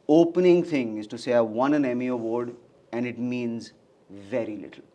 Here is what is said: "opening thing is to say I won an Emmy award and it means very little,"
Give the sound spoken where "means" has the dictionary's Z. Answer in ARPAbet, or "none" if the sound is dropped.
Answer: Z